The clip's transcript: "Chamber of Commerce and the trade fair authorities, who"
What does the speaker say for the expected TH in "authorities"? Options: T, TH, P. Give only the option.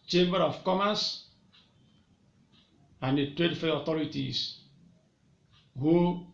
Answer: T